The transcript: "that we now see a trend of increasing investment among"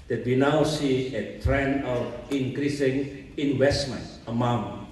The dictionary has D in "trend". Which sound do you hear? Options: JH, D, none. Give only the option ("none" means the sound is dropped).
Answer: none